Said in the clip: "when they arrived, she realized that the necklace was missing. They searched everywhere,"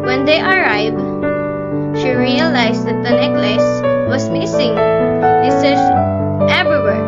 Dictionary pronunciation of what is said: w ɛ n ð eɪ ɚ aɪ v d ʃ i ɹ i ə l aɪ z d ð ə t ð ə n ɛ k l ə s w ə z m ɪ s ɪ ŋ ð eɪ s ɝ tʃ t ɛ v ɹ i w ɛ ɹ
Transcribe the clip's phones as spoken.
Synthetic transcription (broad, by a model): w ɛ n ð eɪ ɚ aɪ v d ʃ i ɹ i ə l aɪ s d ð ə t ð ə n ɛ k l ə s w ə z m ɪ s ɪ ŋ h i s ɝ s t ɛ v ɹ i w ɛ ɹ